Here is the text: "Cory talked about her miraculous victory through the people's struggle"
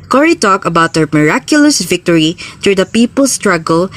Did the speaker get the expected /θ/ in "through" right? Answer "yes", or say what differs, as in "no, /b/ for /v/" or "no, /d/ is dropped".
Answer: no, /t/ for /θ/